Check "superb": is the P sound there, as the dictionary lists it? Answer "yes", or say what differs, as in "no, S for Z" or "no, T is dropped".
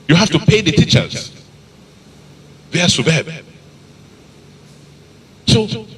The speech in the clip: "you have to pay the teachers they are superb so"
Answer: no, B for P